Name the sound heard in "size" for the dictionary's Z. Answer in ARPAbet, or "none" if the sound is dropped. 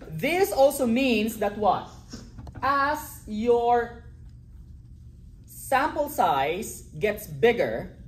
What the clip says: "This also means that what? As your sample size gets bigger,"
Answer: S